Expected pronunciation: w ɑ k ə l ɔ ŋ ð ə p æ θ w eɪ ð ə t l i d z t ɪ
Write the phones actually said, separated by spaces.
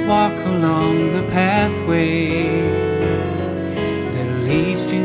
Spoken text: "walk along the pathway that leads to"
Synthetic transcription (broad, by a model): w ɑ k ə l ɔ ŋ ð ə p æ θ w eɪ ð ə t l i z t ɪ